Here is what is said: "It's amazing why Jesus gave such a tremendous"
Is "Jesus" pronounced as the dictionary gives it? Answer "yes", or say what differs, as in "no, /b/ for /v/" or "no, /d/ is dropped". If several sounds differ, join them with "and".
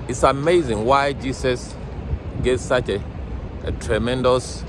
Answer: no, /s/ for /z/